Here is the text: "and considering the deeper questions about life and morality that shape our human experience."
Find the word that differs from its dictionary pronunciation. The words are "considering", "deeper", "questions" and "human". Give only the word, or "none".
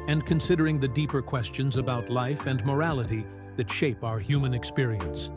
none